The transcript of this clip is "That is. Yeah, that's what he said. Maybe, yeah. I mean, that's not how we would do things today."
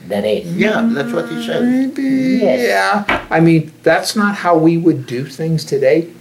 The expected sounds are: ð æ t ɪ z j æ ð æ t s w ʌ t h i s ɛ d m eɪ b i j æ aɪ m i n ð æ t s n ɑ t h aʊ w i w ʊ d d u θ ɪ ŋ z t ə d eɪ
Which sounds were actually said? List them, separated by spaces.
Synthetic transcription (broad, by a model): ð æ t ɪ z j æ ð æ t s w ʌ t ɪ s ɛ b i i j æ aɪ m i n ð æ t s n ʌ t h aʊ w i w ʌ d d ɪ θ ɪ ŋ z t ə d eɪ